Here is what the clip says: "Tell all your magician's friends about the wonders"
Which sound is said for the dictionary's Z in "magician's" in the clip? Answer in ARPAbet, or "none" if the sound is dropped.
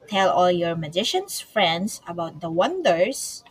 S